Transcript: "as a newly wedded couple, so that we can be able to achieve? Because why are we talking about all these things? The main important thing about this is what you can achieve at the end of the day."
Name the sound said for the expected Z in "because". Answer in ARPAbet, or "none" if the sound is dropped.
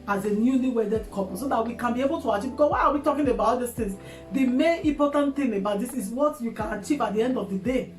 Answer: none